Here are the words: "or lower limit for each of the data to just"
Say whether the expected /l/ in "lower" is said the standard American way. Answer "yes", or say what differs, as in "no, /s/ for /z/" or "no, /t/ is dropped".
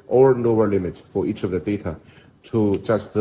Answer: no, /n/ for /l/